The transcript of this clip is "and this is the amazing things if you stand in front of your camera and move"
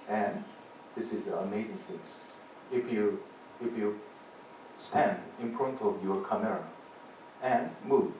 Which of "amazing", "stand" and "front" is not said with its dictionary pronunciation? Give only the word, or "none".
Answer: front